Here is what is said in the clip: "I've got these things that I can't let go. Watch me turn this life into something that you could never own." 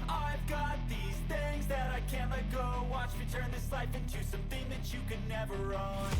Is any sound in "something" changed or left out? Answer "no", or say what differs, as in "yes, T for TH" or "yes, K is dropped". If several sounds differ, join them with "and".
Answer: no